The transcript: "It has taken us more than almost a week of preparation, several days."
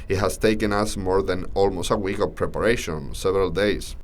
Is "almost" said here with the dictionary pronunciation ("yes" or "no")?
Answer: yes